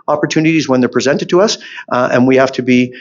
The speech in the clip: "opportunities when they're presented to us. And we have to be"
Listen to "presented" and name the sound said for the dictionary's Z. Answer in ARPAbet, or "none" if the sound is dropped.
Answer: Z